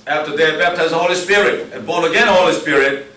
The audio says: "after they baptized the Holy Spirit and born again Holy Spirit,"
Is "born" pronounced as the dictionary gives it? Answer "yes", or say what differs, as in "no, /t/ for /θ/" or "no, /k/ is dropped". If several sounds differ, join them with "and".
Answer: no, /n/ is dropped